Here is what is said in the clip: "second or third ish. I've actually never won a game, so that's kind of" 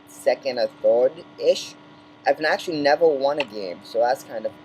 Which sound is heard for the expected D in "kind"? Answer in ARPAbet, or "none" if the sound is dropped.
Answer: D